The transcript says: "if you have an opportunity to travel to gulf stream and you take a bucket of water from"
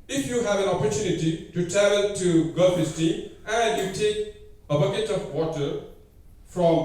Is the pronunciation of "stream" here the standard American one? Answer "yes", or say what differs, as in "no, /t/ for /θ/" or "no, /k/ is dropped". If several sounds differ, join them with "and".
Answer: no, /ɹ/ is dropped